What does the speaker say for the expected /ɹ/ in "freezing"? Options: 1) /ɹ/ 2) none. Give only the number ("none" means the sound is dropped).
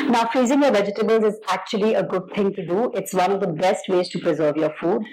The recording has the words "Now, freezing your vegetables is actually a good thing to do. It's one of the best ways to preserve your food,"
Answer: 1